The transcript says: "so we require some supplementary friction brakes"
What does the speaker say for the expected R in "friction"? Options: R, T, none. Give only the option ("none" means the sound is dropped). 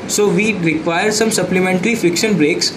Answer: none